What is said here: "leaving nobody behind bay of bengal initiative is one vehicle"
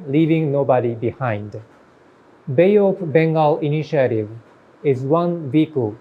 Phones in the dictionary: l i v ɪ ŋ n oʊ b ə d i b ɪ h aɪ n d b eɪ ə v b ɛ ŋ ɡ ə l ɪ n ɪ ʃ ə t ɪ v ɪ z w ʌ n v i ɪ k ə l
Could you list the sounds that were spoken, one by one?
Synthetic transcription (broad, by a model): l i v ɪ ŋ n oʊ b ə d i b ɪ h aɪ n d b eɪ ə p b ɛ ŋ ɡ ə l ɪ n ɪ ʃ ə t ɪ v ɪ z w ʌ n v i k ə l